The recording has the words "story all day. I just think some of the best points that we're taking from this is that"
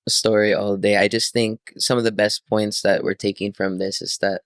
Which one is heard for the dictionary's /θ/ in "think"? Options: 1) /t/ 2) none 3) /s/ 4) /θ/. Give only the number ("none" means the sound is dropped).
4